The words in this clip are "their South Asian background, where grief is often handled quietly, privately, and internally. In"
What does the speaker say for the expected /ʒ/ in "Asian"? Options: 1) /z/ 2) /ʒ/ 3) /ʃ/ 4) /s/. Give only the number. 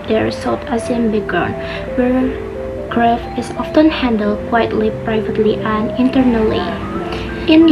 4